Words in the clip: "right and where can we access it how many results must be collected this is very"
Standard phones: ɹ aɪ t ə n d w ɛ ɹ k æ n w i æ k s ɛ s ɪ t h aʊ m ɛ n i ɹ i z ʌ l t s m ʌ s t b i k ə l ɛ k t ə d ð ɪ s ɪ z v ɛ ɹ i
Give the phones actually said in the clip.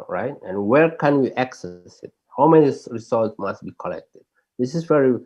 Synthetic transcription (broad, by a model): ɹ aɪ t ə n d w ɛ ɹ k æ n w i æ k s ɛ s ɪ t h aʊ m ɛ n i ɹ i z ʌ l t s m ʌ s t b i k ə l ɛ k t ə d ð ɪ s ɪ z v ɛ ɹ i